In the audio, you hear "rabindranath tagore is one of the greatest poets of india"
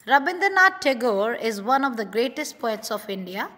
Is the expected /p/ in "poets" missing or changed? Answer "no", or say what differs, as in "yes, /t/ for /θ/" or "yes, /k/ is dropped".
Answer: no